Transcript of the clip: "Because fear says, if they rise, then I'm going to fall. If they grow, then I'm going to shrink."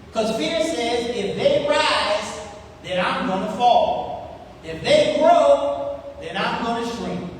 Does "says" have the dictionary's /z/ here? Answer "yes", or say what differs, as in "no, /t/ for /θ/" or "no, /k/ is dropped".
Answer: yes